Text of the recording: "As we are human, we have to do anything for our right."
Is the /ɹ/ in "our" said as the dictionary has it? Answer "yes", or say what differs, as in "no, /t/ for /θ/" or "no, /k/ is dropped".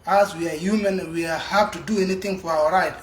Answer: no, /w/ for /ɹ/